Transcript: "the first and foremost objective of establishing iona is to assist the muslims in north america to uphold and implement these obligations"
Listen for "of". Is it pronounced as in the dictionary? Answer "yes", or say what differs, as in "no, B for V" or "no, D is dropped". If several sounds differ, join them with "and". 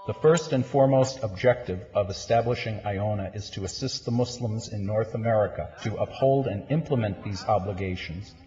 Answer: yes